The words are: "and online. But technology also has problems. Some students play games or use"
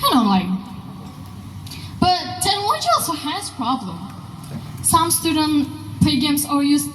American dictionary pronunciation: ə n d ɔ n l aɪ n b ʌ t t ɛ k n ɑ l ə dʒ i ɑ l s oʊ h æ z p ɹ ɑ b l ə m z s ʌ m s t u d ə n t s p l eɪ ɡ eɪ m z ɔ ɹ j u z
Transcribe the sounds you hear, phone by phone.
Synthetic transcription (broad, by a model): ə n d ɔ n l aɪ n b ʌ t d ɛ n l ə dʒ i ɑ l s oʊ h æ z p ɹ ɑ b l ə m s ʌ m s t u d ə n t p l eɪ ɡ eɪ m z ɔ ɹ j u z